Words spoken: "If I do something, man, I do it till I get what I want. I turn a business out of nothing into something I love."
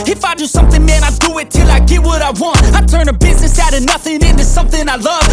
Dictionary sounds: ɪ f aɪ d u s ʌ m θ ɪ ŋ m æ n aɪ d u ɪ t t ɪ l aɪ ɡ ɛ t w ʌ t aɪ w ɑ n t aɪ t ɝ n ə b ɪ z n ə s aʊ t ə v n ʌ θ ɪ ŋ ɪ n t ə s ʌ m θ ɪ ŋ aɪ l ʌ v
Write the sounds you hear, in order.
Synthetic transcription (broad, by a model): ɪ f aɪ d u s ʌ m θ ɪ ŋ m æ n aɪ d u ɪ t t ɪ l aɪ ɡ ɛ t w ʌ t aɪ w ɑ n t aɪ t ɝ n ə b ɪ z n ə s aʊ t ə n ʌ θ ɪ ŋ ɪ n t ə s ʌ m θ ɪ ŋ aɪ l ʌ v